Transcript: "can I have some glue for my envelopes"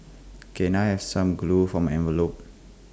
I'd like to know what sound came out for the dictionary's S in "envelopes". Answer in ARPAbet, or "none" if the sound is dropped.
none